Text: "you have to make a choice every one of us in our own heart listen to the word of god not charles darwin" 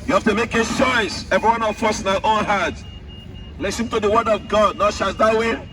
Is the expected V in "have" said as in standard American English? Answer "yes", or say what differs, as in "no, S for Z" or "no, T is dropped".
no, F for V